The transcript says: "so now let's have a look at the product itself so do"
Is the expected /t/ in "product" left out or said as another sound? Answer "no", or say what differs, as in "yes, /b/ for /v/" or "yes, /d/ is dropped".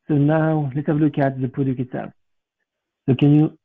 yes, /t/ is dropped